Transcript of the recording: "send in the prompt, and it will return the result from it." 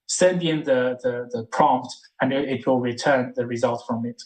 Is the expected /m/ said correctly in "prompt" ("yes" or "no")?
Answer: yes